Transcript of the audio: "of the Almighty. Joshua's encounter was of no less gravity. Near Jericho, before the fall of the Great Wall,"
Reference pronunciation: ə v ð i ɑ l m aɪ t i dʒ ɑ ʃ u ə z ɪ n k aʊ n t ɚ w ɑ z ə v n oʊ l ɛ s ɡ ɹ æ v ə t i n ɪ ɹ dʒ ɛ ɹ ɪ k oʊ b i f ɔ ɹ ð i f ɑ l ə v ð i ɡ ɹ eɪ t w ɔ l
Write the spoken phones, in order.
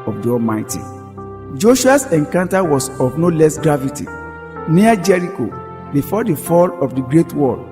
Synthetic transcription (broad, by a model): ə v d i ɑ l m aɪ t i dʒ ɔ ʃ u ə s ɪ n k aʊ n t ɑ w ɑ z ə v n oʊ l ɛ s ɡ ɹ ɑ v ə t i n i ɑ dʒ ɛ ɹ ɪ k oʊ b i f ɔ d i f ɑ l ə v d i ɡ ɹ eɪ t w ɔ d